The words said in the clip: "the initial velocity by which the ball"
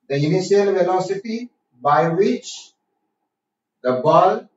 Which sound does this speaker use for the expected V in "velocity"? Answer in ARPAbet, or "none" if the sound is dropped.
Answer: F